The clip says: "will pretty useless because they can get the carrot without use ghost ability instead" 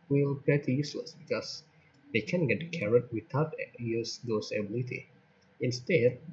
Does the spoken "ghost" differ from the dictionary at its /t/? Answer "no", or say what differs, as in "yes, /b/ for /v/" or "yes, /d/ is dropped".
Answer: yes, /t/ is dropped